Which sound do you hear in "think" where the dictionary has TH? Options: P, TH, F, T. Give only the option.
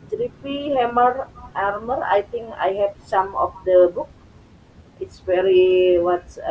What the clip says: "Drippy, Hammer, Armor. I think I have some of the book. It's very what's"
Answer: T